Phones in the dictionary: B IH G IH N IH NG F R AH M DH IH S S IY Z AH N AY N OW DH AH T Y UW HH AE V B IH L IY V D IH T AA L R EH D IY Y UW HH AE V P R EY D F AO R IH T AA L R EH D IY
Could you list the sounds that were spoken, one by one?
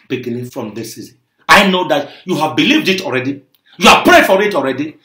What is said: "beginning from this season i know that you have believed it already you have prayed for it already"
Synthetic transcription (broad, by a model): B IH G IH N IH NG F R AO M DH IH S S IY Z AH N AY N OW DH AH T Y UW HH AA V B IH L IY V D IH T AA L R EH D IY Y UW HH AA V P R EY D F AO R IH T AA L R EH D IY